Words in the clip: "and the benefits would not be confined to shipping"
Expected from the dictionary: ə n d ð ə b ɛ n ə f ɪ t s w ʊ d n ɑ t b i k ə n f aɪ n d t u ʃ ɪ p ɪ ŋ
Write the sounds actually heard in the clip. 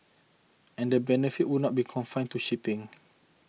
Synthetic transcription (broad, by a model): ə n d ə b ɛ n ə f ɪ t w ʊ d n ɑ t b i k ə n f aɪ n t u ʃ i p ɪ ŋ